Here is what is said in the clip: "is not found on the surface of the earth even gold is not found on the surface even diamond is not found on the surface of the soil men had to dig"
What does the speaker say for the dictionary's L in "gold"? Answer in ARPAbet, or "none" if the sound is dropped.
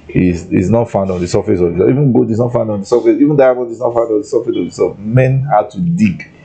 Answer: none